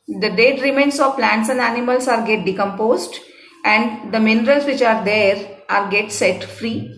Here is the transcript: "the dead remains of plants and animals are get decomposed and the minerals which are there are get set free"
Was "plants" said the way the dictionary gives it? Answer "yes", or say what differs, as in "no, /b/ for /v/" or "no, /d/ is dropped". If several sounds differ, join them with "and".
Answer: yes